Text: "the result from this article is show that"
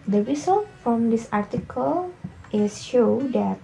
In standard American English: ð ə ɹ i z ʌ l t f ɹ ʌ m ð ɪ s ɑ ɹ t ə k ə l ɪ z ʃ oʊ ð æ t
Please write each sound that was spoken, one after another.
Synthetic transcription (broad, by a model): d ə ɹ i s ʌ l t f ɹ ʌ m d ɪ s ɑ ɹ t ə k ə l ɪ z ʃ oʊ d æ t